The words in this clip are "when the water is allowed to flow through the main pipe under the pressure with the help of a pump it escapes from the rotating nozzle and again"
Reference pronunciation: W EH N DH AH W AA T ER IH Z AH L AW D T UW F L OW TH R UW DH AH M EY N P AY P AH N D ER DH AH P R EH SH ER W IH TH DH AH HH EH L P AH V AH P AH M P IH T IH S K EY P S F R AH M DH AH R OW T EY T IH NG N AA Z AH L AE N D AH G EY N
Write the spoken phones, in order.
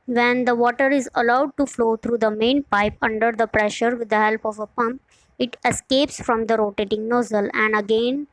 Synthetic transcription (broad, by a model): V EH N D AH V AA T ER IH Z AH L AW D T UW F L OW T R UW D AH M EY N P AY P AH N D ER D AH P R EH SH ER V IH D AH HH EH L P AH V AH P AH M P IH T IH S K EY P S F R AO M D AH R OW T EY T IH NG N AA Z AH L AE N D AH G EY N